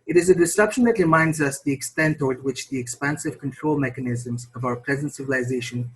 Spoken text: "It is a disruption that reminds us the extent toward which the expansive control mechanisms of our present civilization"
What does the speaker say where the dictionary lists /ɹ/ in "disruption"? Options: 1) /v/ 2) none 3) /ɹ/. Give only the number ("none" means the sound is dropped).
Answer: 2